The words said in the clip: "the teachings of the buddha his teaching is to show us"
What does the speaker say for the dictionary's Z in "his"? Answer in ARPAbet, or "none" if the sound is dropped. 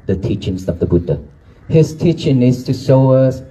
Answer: S